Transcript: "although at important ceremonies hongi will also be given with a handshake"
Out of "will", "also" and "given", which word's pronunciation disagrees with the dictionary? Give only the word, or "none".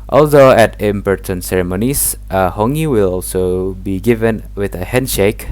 none